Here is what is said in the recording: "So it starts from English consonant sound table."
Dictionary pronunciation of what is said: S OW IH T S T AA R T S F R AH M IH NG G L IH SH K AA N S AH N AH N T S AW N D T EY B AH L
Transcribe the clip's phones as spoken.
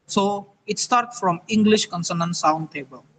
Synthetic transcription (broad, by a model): S OW IH T S T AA R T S F R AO M IH NG G L IH SH K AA N S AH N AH N S AW N D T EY B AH L